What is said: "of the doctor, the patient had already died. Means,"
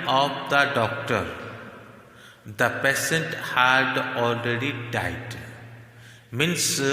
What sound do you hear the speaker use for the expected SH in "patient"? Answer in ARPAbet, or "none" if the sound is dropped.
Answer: S